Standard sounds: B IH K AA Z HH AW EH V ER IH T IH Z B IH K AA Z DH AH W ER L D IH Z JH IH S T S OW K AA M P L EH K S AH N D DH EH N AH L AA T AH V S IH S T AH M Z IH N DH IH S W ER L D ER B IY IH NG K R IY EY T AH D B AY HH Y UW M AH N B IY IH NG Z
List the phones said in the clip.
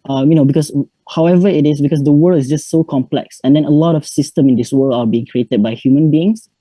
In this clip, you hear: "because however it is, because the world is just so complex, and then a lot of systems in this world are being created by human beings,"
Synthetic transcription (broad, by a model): B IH K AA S HH AW EH V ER IH T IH S B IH K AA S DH AH W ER L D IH S JH IH S T S OW K AA M P L EH K S AH N D EH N AH L AA T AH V S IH S T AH M IH N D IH S W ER L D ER B IY IH NG K R IY EY T AH D B AY HH Y UW M AH N B IY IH NG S